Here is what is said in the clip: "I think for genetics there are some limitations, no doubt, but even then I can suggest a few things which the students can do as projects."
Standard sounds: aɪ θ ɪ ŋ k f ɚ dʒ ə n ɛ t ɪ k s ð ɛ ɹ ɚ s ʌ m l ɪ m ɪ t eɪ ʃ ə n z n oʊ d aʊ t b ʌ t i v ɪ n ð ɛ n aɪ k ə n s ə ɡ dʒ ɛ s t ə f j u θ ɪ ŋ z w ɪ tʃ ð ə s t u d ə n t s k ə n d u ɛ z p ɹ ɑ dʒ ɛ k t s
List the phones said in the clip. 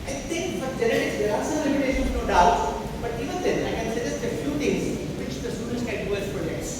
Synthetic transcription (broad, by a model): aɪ t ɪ ŋ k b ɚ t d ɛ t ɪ s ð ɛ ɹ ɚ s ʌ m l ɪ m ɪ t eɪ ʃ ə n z n oʊ d aʊ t b ʌ t i v ɪ n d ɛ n aɪ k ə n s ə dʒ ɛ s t ə f j u t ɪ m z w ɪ tʃ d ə s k u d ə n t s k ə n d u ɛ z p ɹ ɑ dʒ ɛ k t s